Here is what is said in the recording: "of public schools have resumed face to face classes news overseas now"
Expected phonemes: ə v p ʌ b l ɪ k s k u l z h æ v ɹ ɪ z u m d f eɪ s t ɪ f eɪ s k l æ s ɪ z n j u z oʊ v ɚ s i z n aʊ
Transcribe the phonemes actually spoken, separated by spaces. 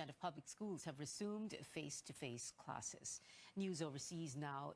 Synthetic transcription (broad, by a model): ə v p ʌ b l ɪ k s k u l z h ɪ v ɹ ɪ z u m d f eɪ s t ɪ f eɪ s k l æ s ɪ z n j u z oʊ v ɚ s i z n aʊ